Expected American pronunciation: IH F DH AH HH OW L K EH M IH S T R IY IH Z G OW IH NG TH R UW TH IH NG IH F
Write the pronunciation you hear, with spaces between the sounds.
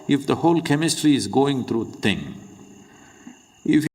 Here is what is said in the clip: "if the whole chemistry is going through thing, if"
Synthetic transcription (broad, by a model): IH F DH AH HH OW L K EH M IH S T R IY IH Z G OW IH NG T R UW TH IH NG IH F